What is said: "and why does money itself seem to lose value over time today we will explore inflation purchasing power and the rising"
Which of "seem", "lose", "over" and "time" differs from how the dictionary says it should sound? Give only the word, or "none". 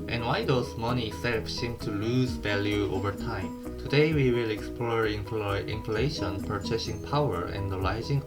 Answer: none